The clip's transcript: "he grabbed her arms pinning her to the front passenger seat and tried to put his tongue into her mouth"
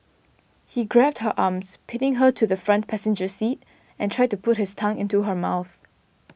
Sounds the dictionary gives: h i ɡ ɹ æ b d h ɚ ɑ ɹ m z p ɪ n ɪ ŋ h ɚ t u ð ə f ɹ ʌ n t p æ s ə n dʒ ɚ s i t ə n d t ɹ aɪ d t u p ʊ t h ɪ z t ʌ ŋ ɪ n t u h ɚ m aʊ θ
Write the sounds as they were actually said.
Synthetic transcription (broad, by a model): h i ɡ ɹ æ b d h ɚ ɑ m s p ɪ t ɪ ŋ h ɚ t u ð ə f ɹ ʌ n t p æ s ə n dʒ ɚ s i t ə n t ɹ aɪ d t u p ʊ t h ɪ s t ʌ ŋ ɪ n t u h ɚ m aʊ θ